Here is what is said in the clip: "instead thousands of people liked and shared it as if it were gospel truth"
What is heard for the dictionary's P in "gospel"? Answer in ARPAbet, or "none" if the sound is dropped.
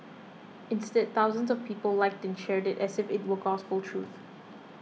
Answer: F